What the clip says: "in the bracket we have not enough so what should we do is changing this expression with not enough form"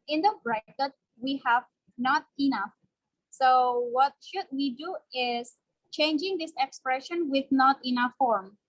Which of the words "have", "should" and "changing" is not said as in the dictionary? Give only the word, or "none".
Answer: none